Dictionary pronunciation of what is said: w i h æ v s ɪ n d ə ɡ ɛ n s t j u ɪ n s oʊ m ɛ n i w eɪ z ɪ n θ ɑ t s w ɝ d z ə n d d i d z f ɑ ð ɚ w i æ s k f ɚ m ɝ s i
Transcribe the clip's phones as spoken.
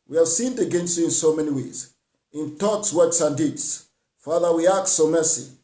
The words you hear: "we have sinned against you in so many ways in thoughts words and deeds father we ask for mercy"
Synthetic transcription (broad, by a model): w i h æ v s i n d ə ɡ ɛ n s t j u ɪ n s oʊ m ɛ n i w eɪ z ɪ n t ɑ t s w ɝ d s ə n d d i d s f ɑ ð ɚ w i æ k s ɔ m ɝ s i